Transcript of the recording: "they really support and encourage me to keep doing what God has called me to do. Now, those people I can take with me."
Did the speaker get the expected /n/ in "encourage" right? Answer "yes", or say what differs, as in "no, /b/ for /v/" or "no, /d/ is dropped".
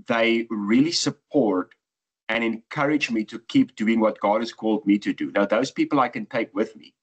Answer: yes